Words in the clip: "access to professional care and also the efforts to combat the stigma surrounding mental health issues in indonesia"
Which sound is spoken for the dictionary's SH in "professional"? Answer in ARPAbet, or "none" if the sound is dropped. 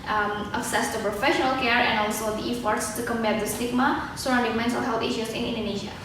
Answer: SH